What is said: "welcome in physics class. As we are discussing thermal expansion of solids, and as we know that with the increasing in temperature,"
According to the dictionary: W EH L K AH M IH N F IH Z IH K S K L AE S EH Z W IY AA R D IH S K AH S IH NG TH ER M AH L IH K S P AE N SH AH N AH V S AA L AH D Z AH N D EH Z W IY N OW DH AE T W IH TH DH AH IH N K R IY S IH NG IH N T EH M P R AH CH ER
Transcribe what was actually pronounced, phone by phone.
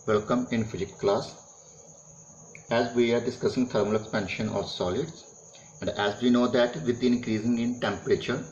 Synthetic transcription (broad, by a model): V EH L K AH M IH N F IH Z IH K K L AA S EH Z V IY AA R D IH S K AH S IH NG T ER M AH L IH K S P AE N SH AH N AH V S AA L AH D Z AH N D EH Z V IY N OW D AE T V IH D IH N K R IY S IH NG IH N T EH M P R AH CH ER